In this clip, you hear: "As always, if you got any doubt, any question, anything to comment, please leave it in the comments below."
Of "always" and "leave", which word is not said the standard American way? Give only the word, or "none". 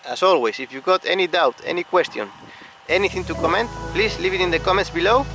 always